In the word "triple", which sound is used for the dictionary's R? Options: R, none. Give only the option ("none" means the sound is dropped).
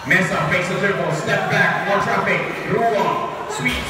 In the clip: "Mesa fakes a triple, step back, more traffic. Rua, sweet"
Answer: none